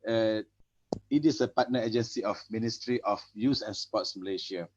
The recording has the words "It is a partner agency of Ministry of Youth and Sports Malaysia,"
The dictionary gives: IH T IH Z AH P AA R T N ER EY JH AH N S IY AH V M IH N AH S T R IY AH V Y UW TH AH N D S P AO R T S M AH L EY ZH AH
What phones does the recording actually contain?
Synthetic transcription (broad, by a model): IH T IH S AH P AA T N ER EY JH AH N S IY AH F M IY N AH S T R IY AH F Y UW S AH N S P AO T S M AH L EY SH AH